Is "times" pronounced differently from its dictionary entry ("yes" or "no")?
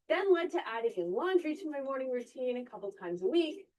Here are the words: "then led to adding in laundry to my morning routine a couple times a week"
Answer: no